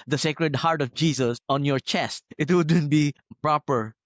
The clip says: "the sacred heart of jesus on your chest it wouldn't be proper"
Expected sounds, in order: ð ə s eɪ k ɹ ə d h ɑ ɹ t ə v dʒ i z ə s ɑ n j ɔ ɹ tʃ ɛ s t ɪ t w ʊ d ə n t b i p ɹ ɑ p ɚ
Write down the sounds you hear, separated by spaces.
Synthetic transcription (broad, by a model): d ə s eɪ k ɹ ə d h ɑ ɹ t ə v dʒ i s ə s ɑ n j ɔ ɹ tʃ ɛ s t ɪ t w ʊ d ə n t b i p ɹ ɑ p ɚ